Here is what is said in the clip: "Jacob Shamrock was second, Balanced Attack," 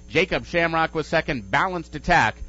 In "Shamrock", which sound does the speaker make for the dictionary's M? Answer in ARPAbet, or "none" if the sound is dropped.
M